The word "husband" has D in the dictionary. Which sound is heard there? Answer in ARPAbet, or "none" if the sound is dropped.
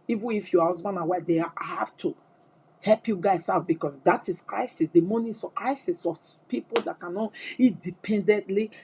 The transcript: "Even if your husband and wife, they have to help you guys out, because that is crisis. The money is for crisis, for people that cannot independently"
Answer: none